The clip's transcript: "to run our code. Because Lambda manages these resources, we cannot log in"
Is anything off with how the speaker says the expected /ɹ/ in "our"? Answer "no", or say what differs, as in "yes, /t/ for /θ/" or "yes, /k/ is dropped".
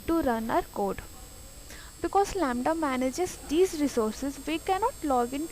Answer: no